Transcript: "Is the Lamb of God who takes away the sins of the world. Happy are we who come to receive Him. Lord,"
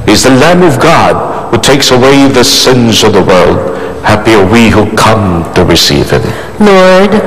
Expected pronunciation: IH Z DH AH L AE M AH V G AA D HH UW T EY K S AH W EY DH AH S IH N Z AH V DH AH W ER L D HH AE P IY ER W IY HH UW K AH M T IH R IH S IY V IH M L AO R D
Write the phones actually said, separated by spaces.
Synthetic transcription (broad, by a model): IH Z DH AH L AE M AH V G AA D HH UW T EY K S AH W EY DH AH S IH N Z AH V DH AH W ER L D HH AE P IY ER W IY HH UW K AH M T IH R IH S IY V IH M L AO R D